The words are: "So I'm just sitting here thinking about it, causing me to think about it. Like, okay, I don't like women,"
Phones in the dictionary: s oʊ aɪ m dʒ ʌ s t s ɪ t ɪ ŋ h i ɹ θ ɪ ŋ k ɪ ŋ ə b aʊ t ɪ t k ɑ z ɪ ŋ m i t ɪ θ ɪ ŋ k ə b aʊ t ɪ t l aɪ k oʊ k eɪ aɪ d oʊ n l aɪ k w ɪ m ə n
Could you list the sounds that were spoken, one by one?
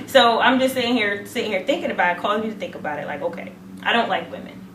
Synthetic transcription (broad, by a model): s oʊ aɪ m dʒ ʌ s t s ɪ s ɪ ŋ h i ɹ θ ɪ ŋ k ɪ ŋ ə b aʊ t ɪ t k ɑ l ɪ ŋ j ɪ t ɪ θ ɪ ŋ k ə b aʊ t ɪ t l aɪ k oʊ k eɪ aɪ d oʊ n l aɪ k w ɪ m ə n